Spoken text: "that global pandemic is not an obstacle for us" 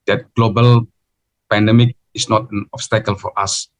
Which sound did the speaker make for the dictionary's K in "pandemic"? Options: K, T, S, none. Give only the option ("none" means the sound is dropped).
K